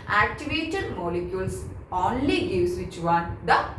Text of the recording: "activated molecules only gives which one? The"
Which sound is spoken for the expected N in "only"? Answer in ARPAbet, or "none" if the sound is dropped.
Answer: N